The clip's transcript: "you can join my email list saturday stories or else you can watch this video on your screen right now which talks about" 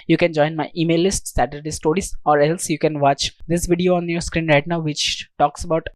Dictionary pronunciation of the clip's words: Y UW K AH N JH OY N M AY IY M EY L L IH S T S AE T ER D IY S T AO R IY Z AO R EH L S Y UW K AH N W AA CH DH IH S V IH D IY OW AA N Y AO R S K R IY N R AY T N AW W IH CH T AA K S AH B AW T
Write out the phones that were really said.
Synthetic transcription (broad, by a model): Y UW K AH N JH OY N M AY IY M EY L L IH S T S AE T ER D IY S T AO R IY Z AO R EH L S Y UW K AH N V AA CH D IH S V IH D IY OW AA N Y AO R S K R IY N R AY T N AW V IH CH T AA K S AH B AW T